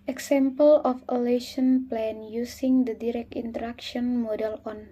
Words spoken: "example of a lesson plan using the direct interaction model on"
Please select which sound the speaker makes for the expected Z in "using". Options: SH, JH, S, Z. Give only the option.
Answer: S